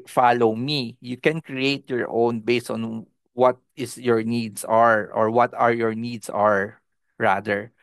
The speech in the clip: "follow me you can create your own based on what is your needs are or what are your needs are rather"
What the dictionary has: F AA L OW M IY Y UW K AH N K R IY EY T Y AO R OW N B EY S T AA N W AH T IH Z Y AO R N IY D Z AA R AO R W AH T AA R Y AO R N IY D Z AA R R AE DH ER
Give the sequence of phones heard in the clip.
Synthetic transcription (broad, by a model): F AA L OW M IY Y UW K AH N K R IY EY T Y AO R OW N B EY S T AA N W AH T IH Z Y AO R N IY D S AA R AO R W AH T AA R Y AO R N IY D S AA R R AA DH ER